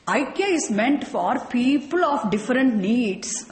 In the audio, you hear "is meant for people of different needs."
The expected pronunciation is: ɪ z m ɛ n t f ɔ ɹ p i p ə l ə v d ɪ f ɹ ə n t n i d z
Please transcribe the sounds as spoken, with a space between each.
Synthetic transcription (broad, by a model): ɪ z m ɛ n t f ɔ ɹ p i p ə l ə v d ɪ f ɹ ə n t n i d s